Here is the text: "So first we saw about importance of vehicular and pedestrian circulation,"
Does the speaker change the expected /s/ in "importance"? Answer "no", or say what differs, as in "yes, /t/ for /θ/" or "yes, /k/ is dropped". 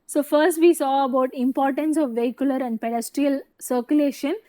no